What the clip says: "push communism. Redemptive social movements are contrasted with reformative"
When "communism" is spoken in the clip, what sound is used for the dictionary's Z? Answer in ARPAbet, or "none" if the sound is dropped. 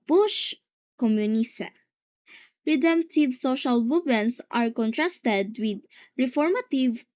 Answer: S